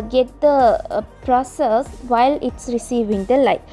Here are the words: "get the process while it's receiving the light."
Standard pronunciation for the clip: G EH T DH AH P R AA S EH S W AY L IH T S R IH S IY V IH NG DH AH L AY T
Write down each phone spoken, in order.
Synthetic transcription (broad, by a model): G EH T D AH P R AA S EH S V AY L IH T S R IH S IY V IH NG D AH L AY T